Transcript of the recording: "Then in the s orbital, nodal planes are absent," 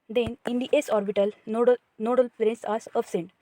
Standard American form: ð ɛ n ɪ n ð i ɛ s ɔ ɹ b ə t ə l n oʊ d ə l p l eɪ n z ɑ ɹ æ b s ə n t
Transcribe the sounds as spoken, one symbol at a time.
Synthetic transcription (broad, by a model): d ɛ n ɪ n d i ɛ s ɔ ɹ b ə t ə l n oʊ d ə l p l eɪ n s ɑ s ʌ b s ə n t